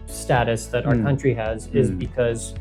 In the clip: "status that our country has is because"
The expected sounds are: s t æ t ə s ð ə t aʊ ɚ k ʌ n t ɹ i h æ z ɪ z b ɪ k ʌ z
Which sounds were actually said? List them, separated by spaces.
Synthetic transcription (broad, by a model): s t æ t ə s ð ə t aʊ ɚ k ʌ n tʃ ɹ i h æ z ɪ z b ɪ k ʌ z